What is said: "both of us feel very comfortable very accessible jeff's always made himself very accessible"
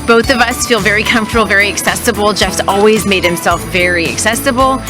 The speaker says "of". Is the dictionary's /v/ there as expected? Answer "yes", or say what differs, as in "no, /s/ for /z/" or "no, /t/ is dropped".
yes